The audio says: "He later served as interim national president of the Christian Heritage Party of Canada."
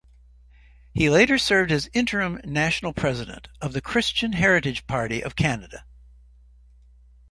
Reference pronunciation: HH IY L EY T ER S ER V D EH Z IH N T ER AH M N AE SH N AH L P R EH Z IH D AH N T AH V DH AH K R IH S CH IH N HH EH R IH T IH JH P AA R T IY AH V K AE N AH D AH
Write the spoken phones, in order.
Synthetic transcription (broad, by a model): HH IY L EY T ER S ER V D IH Z IH N T ER AH M N AE SH N L P R EH Z IH D AH N T AH V DH AH K R IH S CH IH N HH EH R IH T IH JH P AA R T IY AH V K AE N AH D AH